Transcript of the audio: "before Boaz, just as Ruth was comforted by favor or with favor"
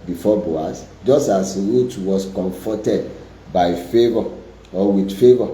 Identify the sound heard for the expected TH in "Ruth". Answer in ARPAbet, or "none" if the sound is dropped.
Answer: T